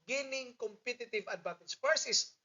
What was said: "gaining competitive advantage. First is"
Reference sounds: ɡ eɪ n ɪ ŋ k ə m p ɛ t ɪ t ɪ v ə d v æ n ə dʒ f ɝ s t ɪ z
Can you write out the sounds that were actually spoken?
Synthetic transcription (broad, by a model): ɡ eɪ n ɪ ŋ k ə m p ɛ t ɪ t ɪ v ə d b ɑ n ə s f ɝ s ɪ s